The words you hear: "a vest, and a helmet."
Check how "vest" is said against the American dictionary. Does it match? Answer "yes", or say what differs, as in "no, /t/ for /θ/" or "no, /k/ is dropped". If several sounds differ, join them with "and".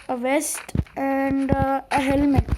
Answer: yes